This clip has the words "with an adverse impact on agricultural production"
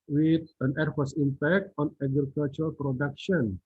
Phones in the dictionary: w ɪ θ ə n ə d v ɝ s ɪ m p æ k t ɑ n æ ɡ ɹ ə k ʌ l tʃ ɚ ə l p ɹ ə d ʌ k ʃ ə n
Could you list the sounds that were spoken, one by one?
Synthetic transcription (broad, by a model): w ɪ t ə n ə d f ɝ s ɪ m p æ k t ɑ n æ ɡ ɹ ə k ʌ l tʃ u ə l p ɹ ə d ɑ k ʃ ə n